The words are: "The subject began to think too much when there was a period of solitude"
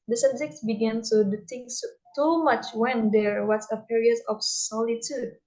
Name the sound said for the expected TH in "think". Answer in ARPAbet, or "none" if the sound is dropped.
T